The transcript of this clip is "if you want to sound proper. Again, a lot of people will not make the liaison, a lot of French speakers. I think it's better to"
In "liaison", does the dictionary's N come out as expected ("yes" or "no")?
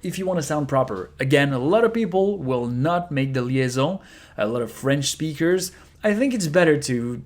no